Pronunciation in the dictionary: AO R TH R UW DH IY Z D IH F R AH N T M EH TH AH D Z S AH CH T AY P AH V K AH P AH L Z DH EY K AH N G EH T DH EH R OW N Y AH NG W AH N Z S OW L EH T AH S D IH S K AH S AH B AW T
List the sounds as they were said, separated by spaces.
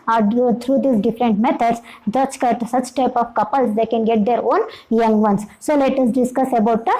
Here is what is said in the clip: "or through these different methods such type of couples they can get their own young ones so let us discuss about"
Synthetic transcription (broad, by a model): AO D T R UW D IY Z D IH F R AH N T M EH T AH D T S AH CH T AY P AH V K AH P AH L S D EY K AH N G EH T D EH R OW N Y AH NG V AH N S S OW L EH T AH S D IH S K AH S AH B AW T